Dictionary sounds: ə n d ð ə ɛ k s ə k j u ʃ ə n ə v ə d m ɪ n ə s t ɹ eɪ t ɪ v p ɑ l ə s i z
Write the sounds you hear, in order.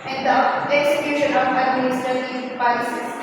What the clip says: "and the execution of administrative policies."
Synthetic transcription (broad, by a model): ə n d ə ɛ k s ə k j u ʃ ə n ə p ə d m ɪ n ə s t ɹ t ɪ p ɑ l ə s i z